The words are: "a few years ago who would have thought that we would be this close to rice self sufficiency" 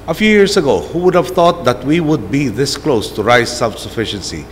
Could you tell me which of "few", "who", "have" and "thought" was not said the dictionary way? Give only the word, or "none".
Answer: thought